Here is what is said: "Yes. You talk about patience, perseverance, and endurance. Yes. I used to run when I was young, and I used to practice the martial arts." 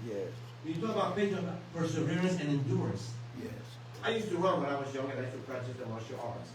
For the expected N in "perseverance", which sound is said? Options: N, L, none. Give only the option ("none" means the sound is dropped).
N